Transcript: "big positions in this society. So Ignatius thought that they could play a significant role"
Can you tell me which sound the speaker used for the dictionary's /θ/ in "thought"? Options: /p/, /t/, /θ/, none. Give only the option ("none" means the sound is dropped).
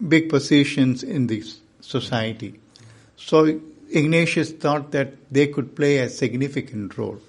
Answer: /t/